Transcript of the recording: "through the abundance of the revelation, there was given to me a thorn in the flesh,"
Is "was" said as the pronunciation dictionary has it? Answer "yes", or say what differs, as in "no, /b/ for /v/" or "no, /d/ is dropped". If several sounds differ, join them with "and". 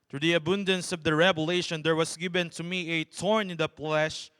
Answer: no, /s/ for /z/